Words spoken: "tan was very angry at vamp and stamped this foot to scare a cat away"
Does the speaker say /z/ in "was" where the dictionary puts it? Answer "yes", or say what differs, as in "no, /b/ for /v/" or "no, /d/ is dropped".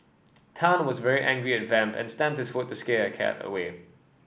yes